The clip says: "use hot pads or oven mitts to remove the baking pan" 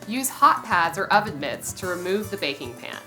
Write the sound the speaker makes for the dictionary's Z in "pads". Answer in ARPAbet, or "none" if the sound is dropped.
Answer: Z